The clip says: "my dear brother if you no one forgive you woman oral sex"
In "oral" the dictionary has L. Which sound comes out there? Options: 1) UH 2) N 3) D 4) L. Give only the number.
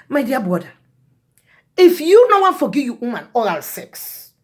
4